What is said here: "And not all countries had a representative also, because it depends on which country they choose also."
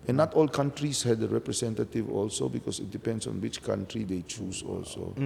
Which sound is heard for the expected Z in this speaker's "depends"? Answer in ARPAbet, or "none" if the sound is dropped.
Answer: S